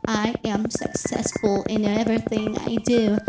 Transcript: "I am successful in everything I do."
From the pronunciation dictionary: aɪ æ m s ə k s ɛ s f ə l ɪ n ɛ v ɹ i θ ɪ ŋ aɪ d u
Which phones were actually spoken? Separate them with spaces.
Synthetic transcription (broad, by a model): aɪ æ m s ə k s ɛ s f ə l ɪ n ɛ v ɹ i θ ɪ ŋ aɪ d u